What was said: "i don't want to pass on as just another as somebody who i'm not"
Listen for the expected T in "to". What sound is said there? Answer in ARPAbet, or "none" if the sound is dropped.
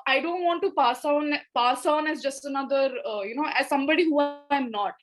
S